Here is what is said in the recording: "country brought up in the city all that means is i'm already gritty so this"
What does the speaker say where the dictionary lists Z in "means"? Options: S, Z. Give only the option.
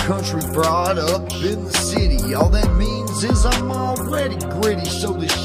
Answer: Z